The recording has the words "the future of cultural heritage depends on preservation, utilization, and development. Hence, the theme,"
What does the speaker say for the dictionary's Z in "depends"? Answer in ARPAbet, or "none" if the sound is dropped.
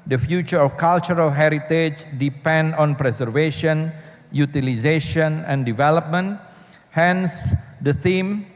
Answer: none